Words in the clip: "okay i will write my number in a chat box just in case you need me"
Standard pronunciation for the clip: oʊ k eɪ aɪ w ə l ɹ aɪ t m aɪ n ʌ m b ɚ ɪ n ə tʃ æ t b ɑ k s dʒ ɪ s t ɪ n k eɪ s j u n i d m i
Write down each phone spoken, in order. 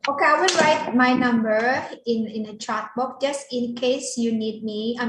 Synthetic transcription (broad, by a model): oʊ k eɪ aɪ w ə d ɹ aɪ t m aɪ n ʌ m b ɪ ɪ n ə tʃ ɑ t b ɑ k dʒ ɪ s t ɪ n k eɪ s j u n i d m i